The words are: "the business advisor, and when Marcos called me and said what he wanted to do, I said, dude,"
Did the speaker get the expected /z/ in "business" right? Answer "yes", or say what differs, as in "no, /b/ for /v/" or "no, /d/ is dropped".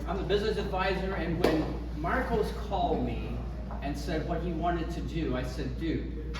yes